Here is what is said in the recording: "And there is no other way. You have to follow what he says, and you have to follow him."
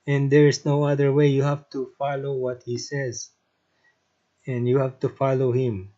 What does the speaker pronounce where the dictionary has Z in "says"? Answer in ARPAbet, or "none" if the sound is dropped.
Z